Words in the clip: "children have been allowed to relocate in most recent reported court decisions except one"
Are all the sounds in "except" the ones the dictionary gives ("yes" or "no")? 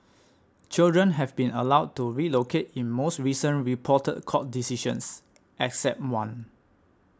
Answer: yes